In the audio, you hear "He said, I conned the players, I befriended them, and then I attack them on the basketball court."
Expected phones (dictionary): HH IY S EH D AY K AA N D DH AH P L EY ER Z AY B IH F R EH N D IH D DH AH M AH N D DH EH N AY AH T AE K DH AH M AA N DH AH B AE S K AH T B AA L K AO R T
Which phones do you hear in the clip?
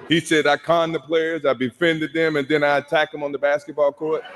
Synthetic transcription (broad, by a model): HH IY S EH D AY K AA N DH AH P L EY ER Z AY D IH F EH N D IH D DH AH M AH N DH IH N AY AH T AE K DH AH M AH N DH AH B AE S K AH T B AA L K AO R T